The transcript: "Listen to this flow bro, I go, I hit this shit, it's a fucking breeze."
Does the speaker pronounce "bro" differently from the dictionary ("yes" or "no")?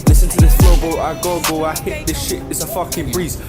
yes